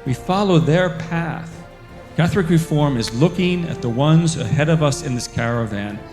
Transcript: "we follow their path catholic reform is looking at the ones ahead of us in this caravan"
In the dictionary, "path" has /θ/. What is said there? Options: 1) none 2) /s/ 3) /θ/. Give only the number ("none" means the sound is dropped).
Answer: 3